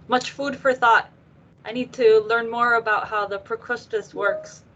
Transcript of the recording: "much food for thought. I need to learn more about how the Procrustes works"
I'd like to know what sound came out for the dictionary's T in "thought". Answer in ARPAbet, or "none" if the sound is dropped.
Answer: T